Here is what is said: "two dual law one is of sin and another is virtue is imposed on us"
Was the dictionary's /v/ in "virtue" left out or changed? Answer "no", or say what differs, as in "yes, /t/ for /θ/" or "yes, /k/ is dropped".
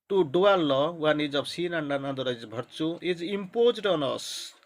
yes, /b/ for /v/